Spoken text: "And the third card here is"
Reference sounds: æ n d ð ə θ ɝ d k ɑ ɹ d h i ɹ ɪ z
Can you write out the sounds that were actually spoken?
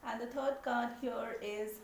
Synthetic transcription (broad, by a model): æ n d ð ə t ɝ d k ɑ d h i ɹ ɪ z